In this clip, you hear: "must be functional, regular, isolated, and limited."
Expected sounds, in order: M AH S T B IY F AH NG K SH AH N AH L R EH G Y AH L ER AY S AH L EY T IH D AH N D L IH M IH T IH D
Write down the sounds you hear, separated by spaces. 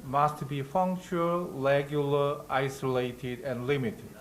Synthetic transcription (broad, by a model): M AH S T B IY F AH NG K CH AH AH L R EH G Y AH L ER AY S AH L EY T IH D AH N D L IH M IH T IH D